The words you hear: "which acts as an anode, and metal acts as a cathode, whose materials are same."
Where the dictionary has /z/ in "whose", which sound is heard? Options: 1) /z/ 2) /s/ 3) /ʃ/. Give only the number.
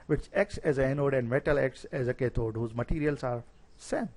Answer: 1